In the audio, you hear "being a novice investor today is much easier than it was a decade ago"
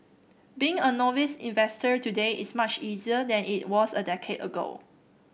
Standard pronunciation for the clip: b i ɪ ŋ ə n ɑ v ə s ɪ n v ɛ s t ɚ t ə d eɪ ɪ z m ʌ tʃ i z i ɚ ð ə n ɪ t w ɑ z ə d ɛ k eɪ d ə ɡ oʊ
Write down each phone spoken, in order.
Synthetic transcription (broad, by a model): b i ɪ ŋ ə n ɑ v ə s ɪ n v ɛ s t ɚ t ə d eɪ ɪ s m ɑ tʃ i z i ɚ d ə n ɪ t w ɑ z ə d ɛ k eɪ d ə ɡ oʊ